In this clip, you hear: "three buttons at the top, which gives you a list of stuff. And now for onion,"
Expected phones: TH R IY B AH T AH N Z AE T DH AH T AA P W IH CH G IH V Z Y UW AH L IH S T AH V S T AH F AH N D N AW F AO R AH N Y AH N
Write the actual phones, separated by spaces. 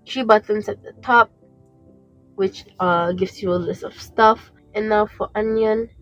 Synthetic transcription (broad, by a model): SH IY B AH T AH N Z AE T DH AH T AA P W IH CH G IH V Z Y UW AH L IH S T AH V S T AH F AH N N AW F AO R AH N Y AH N